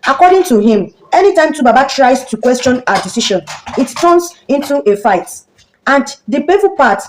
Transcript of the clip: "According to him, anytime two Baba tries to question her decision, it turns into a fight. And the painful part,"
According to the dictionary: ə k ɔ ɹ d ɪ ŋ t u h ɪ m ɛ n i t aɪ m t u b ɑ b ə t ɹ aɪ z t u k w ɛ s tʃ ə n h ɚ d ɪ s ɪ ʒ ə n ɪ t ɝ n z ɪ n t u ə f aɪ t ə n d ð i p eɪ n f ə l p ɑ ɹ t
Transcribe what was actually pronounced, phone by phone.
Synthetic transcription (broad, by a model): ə k ɔ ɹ d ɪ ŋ t u h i m ɛ n i t aɪ m t u b ɑ b ə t ɹ aɪ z t u k w ɛ s tʃ ə n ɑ d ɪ s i ʃ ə n ɪ t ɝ n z ɪ n t u ə f aɪ t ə n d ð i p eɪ f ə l p ɑ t